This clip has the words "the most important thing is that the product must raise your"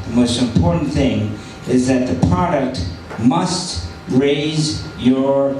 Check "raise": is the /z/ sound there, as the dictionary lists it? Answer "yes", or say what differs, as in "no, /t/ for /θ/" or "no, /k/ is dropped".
yes